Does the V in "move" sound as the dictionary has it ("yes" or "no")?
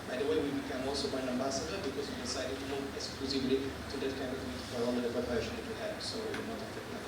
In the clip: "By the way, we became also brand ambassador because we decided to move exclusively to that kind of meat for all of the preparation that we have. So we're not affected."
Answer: no